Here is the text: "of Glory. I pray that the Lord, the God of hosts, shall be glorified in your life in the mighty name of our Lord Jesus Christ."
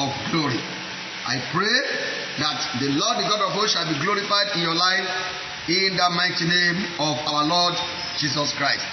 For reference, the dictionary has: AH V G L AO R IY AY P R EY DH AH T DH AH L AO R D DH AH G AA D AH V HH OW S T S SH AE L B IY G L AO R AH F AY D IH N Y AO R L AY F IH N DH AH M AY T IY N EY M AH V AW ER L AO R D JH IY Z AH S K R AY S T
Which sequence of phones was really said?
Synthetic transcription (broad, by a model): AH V G L AO R IY AY P R EY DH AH T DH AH L AO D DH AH G AA D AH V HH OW SH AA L B IY G L AO R AH F AY D IH N Y AO L AY F IH N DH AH M AY T IY N EY M AH V AW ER L AO D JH IY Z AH S K R AY S T